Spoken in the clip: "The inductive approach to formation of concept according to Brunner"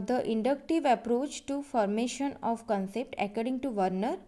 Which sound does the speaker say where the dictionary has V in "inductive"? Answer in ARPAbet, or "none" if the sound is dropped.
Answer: V